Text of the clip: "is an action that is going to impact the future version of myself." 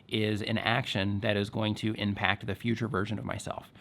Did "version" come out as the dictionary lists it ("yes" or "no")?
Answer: yes